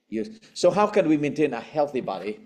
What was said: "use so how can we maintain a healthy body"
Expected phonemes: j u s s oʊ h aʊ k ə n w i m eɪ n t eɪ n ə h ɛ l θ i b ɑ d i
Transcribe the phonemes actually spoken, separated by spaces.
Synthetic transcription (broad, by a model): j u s s oʊ h aʊ k ə n w i m eɪ n t eɪ n ə h ɛ l θ i b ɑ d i